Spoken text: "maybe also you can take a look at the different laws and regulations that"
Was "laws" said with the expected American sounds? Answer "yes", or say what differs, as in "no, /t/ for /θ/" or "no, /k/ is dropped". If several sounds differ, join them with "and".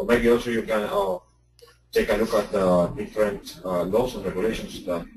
no, /s/ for /z/